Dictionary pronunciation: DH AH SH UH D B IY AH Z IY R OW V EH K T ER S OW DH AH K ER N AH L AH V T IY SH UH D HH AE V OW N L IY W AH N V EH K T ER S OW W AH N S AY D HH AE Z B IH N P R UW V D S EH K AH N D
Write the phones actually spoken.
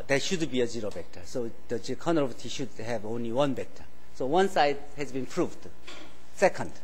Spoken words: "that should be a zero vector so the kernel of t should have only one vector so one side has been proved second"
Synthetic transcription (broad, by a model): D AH SH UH D B IY AH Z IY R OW B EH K T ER S OW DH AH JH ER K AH N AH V T IY SH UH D HH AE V OW N L IY W AH N B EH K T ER S OW W AH N S AY D HH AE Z B IH N P R UW V D S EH K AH N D